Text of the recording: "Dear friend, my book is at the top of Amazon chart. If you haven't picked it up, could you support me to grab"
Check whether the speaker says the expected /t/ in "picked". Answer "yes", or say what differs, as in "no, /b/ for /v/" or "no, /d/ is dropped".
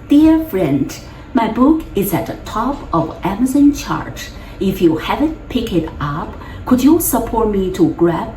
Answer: no, /t/ is dropped